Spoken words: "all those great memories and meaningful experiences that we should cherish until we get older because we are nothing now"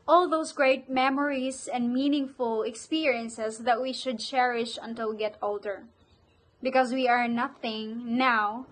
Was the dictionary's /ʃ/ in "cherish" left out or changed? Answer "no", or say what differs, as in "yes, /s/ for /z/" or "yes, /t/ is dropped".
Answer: no